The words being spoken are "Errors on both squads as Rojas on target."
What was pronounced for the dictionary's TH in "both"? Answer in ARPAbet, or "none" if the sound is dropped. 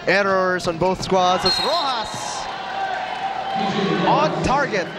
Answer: TH